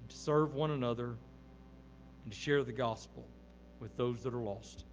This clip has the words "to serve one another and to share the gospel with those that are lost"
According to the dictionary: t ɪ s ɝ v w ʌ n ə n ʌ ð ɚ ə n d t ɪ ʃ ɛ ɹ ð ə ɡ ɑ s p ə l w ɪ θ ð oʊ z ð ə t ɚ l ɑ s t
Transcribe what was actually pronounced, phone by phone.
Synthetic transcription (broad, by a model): t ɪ s ɝ v w ʌ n ə n ʌ ð ɚ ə n t ɪ ʃ ɛ ɹ ð ə ɡ ɑ s p l w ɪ ð oʊ z ð ə t ɚ l ɑ s t